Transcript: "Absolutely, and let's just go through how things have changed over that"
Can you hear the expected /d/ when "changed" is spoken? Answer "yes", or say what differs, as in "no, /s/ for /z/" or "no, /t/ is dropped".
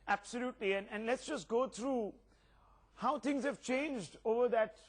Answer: yes